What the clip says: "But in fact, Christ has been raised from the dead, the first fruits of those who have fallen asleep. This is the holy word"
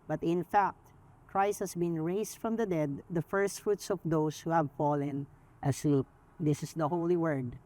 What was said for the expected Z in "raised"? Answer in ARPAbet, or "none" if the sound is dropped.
S